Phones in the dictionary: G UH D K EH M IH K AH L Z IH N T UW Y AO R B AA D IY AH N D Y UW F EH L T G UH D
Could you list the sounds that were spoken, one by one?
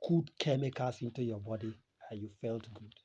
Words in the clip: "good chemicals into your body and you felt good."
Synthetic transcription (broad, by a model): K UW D K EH M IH K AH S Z IH N T UW Y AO B AA D IY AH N Y UW F EH L T G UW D